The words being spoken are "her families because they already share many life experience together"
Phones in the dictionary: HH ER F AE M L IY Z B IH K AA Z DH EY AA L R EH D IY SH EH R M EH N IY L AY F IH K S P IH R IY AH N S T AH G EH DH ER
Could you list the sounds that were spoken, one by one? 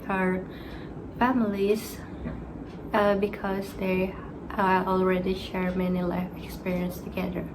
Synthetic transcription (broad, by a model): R F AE M L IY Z B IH K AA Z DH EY AA L R EH D IY SH EH R M EH N IY L AY F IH K S P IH R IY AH N S T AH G EH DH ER